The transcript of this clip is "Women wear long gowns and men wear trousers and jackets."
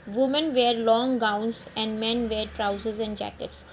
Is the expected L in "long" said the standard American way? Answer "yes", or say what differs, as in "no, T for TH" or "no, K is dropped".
yes